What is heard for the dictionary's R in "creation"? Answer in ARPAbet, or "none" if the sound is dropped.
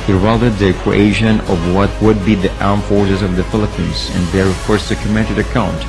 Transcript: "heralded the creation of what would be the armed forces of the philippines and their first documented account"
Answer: none